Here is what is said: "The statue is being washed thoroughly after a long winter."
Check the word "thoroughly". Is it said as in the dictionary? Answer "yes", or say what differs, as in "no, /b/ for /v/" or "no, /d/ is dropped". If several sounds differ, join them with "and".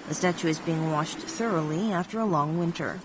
yes